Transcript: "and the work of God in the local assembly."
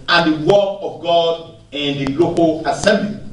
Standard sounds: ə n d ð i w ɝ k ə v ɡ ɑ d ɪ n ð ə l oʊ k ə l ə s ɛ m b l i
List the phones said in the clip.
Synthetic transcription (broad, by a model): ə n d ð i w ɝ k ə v ɡ ɑ d ɪ n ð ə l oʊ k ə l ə s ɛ m b l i